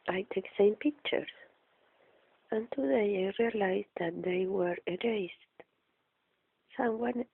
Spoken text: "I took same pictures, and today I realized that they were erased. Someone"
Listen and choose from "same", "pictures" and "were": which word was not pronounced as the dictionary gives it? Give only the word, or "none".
pictures